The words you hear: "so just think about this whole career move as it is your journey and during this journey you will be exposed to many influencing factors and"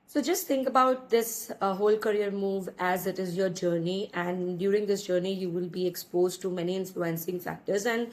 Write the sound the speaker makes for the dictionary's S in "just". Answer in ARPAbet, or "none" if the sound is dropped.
S